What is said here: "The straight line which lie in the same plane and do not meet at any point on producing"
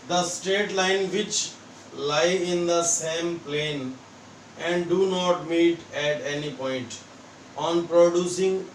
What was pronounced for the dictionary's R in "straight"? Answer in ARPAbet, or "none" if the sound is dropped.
none